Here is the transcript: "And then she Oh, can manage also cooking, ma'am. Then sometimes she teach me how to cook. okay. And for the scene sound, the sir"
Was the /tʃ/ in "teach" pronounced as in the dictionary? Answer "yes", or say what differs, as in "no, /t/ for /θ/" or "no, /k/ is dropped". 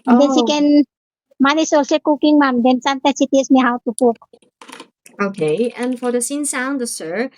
no, /s/ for /tʃ/